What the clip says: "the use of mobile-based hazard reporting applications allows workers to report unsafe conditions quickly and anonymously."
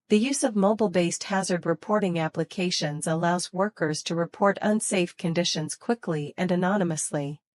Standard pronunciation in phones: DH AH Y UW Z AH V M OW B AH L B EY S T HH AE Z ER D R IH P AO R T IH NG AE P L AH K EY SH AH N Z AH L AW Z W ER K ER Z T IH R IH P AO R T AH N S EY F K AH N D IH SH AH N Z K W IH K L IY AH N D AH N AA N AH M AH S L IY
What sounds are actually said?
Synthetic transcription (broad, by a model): DH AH Y UW Z AH V M OW B L B EY S T HH AE Z ER D R IH P AO R T IH NG AE P L AH K EY SH AH N Z AH L AW Z W ER K ER Z T IH R IH P AO R T AH N S EY F K AH N D IH SH AH N Z K W IH K L IY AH N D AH N AA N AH M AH S L IY